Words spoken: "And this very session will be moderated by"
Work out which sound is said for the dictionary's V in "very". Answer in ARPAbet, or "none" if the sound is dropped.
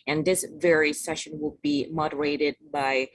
V